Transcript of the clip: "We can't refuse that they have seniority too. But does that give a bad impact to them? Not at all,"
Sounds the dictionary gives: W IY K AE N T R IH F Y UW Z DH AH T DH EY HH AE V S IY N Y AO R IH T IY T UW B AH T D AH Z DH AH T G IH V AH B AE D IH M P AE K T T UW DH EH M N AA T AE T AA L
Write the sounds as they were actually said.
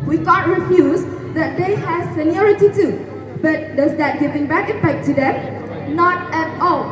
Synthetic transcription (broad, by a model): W IY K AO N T R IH F Y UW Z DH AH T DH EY HH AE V S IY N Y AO R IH T IY T UW B AH T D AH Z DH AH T G IH V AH B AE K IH P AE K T T UW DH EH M N AA T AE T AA L